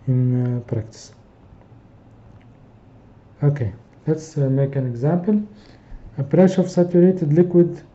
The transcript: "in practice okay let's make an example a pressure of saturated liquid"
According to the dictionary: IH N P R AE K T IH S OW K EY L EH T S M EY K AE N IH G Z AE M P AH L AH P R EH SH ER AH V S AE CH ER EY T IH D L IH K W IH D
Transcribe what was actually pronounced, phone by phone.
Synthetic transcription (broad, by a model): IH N P R AE K T IH S OW K EY L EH T S M EY K AE N IH G Z AE M P AH L AH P R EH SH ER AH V S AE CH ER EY T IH D L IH K W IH D